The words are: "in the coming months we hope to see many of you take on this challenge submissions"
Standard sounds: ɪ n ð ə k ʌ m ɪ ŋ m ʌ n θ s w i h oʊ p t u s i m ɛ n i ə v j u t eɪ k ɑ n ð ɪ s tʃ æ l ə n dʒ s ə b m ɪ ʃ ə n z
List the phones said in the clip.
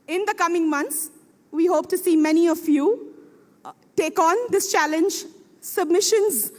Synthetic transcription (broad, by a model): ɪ n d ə k ʌ m ɪ ŋ m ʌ n t s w i h oʊ p t u s i m ɛ n i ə f j u t eɪ k ɑ n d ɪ s tʃ æ l ə n dʒ s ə b m ɪ ʃ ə n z